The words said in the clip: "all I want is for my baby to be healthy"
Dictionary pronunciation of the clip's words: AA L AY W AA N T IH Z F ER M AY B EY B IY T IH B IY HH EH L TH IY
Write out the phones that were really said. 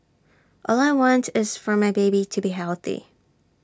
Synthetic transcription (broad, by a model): AA L AY W AA N T IH Z F ER M AY B EY B IY T IH B IY HH EH L TH IY